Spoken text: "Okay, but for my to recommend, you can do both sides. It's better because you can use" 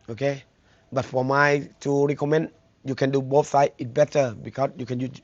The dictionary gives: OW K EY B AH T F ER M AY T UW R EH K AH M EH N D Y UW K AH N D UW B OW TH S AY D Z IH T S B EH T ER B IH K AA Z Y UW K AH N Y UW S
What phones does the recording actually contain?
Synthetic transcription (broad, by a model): OW K EY B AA T F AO M AY T UW R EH K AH M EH N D Y UW K AH N D UW B OW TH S AY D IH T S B EH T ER B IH K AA S Y UW K AH N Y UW